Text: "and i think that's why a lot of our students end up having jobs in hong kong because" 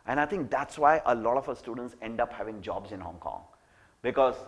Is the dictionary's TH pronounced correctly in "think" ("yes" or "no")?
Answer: no